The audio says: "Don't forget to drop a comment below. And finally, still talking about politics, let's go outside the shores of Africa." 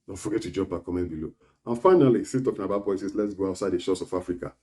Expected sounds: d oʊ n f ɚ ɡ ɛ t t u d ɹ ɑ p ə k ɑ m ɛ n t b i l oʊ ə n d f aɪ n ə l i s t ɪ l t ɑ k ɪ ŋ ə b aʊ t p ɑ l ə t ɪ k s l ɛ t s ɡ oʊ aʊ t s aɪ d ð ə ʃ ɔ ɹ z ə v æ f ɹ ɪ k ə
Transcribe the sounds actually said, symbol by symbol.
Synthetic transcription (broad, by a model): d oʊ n f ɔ ɡ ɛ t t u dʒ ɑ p ə k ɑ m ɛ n b i l oʊ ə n f aɪ n ə l i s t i t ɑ k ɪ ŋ ə b aʊ t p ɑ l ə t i s l ɛ t s ɡ oʊ aʊ t s aɪ d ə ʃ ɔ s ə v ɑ f ɹ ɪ k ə